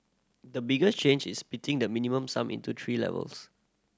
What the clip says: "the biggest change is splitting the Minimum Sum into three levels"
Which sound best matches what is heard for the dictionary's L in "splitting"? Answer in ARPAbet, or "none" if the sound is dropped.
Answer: none